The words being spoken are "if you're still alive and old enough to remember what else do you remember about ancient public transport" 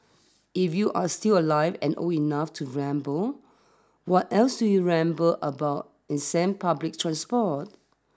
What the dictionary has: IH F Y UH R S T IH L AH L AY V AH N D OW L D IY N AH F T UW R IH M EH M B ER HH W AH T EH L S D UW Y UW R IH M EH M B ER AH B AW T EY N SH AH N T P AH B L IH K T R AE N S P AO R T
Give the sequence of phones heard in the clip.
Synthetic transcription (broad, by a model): IH F Y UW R S T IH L AH L AY V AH N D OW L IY N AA F T UW R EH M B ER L W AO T EH L S D UW Y UW R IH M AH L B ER AH B AW T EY N S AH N P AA B L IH K T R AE N S P AO T